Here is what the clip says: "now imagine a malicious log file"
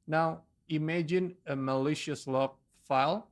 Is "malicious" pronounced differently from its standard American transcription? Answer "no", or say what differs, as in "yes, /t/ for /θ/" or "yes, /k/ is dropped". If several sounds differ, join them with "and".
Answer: no